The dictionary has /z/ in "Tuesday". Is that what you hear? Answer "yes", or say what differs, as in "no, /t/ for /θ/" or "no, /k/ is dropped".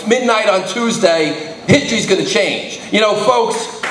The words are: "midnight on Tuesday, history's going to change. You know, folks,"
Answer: yes